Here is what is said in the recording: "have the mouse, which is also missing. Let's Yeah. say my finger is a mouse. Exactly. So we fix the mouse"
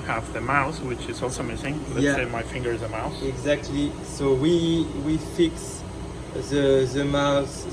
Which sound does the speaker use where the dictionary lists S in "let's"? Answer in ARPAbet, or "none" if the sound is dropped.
none